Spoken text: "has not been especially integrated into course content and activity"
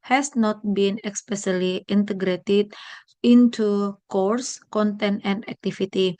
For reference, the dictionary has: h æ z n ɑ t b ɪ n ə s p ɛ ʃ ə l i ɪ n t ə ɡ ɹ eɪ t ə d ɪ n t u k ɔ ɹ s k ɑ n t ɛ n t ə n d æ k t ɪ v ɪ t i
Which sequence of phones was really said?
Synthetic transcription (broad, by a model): h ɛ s n ɑ t b ɪ n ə s p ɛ s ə l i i n t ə ɡ ɹ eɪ t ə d ɪ n t u k ɔ ɹ s k ɑ n t ɛ n t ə n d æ k t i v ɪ t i